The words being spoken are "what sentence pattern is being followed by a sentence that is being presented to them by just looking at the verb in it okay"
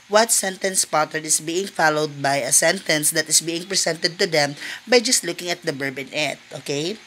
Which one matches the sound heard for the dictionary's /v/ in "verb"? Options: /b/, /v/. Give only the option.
/b/